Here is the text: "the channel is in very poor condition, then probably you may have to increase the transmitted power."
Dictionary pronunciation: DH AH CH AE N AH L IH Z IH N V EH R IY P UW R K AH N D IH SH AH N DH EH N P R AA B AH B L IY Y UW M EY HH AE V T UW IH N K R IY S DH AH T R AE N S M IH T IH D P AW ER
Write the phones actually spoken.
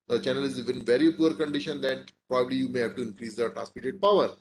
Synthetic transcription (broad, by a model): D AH CH AE N AH L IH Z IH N V EH R IY P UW R K AH N D IH SH AH N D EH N P R AA B AH B L IY Y UW M EY HH AE V T UW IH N K R IY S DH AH T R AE S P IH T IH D P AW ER